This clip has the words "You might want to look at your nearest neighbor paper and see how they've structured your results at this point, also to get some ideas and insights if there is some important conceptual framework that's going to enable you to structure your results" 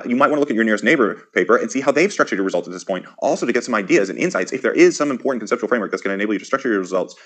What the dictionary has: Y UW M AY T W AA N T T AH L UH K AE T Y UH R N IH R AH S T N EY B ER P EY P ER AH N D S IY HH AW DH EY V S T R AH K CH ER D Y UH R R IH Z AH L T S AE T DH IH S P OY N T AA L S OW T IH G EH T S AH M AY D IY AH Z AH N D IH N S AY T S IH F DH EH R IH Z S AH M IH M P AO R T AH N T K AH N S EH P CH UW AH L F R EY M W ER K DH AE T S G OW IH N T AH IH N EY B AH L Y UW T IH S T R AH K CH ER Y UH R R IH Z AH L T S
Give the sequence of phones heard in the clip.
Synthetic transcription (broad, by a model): Y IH M AY T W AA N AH L UH K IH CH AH R N IH R AH S T N EY B ER P EY P ER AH N S IY HH AW DH EY V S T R AH K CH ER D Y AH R R IH Z AH L T S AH T DH IH S P OY N T AA L S OW T IH G EH T S AH M AY D IY AH Z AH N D IH N S AY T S IH F DH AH R IH Z S AH M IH M P AO R T N K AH N S EH P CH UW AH L F R EY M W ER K DH AE T S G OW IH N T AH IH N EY AH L Y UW T IH S T R AH K CH ER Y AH R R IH Z AH L T S